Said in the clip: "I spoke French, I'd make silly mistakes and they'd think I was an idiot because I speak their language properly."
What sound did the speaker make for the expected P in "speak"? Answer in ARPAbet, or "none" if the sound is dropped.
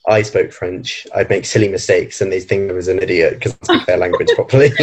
none